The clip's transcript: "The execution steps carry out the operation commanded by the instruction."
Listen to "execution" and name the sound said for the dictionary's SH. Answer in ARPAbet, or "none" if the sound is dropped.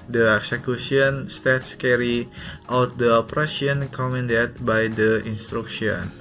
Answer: S